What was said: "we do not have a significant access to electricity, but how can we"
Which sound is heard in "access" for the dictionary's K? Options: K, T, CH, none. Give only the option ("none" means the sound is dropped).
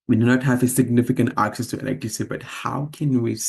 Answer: K